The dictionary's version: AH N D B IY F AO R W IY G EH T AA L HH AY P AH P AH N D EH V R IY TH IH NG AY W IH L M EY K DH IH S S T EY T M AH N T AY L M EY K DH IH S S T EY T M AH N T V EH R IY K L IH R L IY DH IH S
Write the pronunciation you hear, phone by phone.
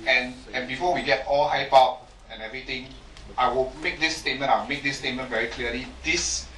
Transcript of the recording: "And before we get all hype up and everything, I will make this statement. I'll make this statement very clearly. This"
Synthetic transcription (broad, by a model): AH N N B IY F AO W IY G EH T AA L HH AY P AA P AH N EH V R IY T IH NG AY W IH L M EY K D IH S S T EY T M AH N AY W M EY K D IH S S T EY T M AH N V EH R IY K L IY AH L IY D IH S